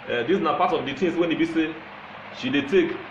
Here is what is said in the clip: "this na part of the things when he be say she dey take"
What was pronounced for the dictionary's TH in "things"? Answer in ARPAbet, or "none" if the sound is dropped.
T